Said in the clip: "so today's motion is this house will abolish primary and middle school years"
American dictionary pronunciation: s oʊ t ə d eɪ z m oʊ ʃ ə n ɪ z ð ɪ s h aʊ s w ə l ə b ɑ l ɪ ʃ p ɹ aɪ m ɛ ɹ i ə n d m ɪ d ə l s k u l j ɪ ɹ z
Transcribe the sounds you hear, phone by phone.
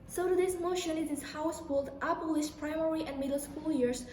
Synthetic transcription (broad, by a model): s oʊ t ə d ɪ s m oʊ ʃ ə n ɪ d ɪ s h aʊ s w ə l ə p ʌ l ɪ s p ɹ aɪ m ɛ ɹ i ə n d m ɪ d l s k u l j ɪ ɹ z